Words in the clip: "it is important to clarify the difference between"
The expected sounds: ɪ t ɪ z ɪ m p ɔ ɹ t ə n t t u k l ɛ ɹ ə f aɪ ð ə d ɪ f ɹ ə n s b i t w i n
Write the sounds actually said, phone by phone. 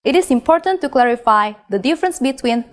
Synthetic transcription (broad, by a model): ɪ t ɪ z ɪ m p ɔ ɹ t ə n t t u k l ɛ ɹ ə f aɪ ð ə d ɪ f ɹ ə n s b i t w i n